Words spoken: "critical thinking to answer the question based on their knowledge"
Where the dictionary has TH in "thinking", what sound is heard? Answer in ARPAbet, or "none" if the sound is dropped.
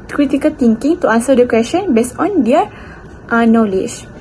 T